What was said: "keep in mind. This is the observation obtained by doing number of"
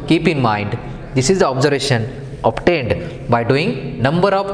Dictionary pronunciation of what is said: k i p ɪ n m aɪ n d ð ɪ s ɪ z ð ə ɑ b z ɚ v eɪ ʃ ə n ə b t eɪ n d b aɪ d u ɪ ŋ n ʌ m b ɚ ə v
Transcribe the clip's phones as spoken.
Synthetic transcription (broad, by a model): k i p ɪ n m aɪ n d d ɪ s ɪ z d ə ɑ b z ɚ v eɪ ʃ ə n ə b t eɪ n d b aɪ d u ɪ ŋ n ʌ m b ɚ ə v